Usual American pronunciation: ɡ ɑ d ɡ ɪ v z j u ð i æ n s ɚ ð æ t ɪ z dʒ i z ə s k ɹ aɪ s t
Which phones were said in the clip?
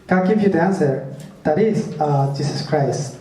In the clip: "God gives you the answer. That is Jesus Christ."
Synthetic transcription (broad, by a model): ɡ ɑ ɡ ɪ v j u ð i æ n s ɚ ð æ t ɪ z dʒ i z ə s k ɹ aɪ s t